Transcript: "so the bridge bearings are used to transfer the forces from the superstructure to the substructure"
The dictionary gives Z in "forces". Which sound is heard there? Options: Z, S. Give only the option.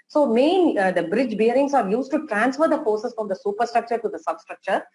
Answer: S